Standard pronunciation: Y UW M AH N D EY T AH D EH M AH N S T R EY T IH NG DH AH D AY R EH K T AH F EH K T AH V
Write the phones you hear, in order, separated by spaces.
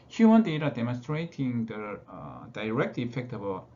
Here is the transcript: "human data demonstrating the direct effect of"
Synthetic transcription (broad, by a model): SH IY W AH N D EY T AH D EH M AH N S T R EY T IH NG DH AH D AY R EH K T AH F EH K T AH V